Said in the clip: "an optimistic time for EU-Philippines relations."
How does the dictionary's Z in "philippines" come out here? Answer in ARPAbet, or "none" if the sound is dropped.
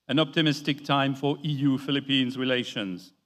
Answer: Z